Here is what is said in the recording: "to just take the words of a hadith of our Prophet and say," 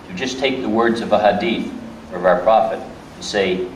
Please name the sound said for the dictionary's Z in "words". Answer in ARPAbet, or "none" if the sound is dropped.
Z